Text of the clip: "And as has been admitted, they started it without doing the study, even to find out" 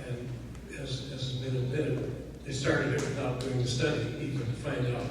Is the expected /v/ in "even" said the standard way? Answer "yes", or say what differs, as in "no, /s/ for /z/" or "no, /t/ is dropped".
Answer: no, /p/ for /v/